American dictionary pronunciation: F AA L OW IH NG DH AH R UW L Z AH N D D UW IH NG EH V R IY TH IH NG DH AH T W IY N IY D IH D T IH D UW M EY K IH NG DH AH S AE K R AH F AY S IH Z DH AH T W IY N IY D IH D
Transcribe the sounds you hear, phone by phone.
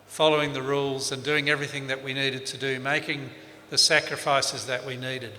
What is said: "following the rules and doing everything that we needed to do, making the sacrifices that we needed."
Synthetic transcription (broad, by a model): F AA L OW IH NG DH AH R UW L Z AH N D D UW IH NG EH V R IY TH IH NG DH AH T W IY N IY D IH D T IH D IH M EY K IH NG DH AH S AE K R AH F AY S IH Z DH AH T W IY N IY D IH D